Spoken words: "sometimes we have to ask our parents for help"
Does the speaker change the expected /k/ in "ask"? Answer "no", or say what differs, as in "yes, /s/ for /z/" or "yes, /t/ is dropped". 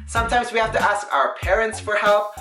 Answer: no